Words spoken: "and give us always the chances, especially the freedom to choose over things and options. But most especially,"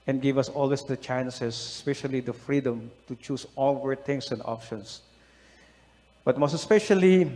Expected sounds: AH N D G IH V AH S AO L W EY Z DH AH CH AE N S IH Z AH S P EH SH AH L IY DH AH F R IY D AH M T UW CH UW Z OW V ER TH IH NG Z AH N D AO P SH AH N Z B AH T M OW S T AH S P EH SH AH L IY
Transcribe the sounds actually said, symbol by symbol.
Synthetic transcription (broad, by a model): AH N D G IH V AH S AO L W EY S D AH CH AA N S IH S AH S P EH SH AH L IY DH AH F R IY D AH M T UW CH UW S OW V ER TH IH NG S AH N D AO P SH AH N S B AH T M OW S T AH S P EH SH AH L IY